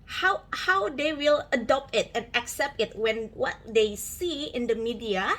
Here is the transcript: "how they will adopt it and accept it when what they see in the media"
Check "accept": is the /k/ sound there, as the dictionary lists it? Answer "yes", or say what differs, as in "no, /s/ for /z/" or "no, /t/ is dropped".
yes